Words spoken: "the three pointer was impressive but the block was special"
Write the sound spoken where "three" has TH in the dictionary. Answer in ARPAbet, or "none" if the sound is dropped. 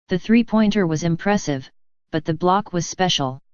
TH